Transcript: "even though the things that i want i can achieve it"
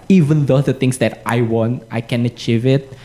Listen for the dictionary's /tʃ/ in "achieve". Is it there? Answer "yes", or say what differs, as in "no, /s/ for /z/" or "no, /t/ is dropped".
yes